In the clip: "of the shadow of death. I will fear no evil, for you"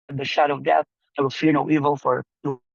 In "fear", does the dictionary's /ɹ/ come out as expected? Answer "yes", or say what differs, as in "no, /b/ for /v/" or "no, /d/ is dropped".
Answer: yes